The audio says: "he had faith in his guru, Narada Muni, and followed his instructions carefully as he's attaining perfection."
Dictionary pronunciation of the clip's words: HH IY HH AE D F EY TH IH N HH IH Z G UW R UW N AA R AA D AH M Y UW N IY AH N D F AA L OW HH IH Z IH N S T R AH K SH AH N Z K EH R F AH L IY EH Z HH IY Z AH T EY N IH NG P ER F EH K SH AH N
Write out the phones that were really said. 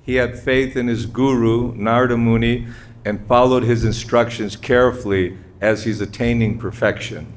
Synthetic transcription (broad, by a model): HH IY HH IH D F EY TH IH N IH Z G UW R UW N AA R D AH M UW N IY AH N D F AA L OW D IH Z IH N S T R AH K SH AH N Z K EH R F L IY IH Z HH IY Z AH T EY N IH NG P ER F EH K SH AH N